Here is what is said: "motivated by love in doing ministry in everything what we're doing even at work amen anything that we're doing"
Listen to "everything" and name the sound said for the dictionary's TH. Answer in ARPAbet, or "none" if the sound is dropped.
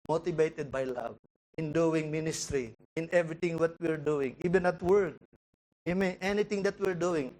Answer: T